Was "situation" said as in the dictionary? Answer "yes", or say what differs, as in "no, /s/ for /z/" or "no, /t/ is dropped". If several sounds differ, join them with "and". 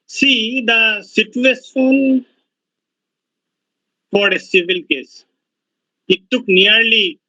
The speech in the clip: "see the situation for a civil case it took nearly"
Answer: no, /s/ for /ʃ/